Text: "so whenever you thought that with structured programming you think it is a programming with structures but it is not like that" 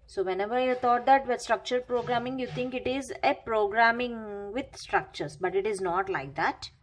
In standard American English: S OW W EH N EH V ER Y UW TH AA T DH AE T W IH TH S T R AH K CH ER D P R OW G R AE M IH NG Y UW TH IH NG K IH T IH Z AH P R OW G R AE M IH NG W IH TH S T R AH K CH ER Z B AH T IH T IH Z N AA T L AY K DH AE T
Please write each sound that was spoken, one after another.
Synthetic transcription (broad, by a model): S OW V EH N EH V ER Y UW T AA T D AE T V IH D S T R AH K CH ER D P R OW G R AE M IH NG Y UW T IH NG K IH T IH Z AH P R OW G R AE M IH NG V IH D S T R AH K CH ER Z B AH T IH T IH Z N AA T L AY K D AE T